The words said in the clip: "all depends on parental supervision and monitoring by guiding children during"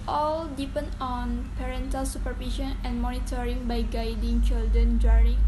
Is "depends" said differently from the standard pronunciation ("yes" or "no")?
yes